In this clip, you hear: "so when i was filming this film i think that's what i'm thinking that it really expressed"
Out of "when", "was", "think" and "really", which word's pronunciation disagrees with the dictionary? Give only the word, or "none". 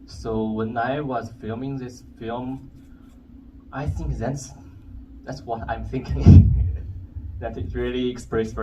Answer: none